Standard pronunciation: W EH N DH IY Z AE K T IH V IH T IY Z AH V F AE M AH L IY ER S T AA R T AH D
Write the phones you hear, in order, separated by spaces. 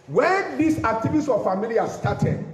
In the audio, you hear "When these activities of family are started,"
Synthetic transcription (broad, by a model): W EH N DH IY S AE K T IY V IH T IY S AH F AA M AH L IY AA S T AA T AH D